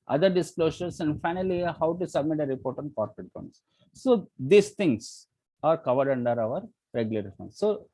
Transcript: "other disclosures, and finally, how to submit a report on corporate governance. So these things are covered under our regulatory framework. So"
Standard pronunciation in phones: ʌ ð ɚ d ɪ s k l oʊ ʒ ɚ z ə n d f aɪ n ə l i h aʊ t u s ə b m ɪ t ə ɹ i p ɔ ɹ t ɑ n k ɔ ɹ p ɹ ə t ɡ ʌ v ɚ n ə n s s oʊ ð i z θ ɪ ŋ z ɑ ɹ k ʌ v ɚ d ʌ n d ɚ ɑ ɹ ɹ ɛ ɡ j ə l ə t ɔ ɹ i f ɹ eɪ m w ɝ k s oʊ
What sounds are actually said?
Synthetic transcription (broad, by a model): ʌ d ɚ d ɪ s k l oʊ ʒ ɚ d ə n d f aɪ n ə l i h aʊ t u s ə b m ɪ t ə ɹ i p ɔ ɹ t ɑ n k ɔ ɹ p ɹ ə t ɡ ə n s s oʊ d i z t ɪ ŋ s ɑ ɹ k ʌ v ɚ d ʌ n d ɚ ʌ ɹ ɹ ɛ ɡ j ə l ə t ɹ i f eɪ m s oʊ